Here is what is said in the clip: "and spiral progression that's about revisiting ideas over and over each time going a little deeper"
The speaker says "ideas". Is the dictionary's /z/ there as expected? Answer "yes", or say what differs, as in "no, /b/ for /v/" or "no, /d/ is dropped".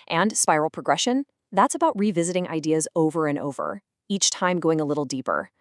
yes